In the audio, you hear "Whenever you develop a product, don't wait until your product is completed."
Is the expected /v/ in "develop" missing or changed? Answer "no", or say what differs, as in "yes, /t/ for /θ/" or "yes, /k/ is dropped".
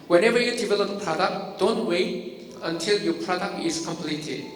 yes, /b/ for /v/